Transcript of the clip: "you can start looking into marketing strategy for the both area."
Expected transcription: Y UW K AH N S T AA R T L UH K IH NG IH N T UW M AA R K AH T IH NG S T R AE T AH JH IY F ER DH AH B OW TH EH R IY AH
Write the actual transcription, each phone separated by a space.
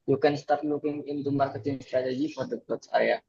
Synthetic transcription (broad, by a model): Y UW K AH N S T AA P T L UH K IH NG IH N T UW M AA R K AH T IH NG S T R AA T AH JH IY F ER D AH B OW S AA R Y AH